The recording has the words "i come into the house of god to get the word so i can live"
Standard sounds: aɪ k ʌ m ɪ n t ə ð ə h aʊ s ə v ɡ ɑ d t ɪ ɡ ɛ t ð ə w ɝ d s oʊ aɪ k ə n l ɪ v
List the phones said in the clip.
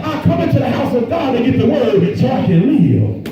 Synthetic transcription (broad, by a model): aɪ k ʌ m ɪ n t ə ð ə h aʊ s ə v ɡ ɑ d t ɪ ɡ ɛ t ð ə w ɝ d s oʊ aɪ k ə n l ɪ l